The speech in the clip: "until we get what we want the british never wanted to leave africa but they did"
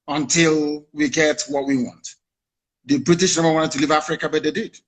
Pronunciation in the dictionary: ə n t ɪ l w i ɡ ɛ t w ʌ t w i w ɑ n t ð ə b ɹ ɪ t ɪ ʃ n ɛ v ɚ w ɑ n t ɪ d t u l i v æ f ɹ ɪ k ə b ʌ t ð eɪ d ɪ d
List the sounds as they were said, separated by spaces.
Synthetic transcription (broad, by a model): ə n t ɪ l w i ɡ ɛ t w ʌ t w i w ɑ n t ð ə b ɹ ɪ t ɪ ʃ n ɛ b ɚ w ɑ n t ɪ d t u l i v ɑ f ɹ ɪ k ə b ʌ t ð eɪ d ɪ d